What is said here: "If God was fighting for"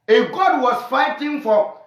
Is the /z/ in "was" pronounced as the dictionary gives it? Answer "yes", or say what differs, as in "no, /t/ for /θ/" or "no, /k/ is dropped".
no, /s/ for /z/